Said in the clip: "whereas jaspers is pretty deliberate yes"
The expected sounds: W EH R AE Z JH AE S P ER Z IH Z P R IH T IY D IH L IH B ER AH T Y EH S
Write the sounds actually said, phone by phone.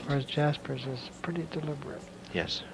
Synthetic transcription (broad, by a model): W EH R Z JH AE S P ER Z IH Z P R IH T IY D IH L IH B ER AH T Y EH S